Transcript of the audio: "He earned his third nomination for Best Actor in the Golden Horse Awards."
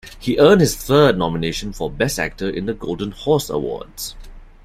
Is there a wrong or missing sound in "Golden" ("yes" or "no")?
no